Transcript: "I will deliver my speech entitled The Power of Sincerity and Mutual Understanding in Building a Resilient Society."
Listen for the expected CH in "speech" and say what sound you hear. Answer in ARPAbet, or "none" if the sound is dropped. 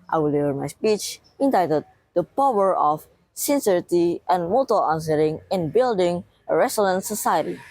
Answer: CH